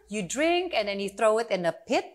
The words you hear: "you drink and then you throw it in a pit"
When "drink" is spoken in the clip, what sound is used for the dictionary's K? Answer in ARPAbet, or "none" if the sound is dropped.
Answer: K